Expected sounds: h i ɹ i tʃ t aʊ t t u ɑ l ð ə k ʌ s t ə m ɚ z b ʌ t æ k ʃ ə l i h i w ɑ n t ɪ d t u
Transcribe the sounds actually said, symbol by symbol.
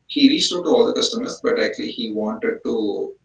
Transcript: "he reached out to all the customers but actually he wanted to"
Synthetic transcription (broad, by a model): h i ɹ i s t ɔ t t u ɑ l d ə k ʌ s t ə m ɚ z b ʌ t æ k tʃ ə l i h i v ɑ n t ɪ d t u